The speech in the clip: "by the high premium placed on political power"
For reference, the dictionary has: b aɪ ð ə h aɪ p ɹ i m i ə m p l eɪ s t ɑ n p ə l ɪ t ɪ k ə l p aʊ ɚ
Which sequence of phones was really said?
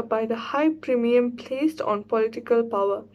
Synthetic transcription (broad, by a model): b aɪ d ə h aɪ p ɹ i m i ə m p l eɪ s t ɑ n p ə l ɪ t ɪ k ə l p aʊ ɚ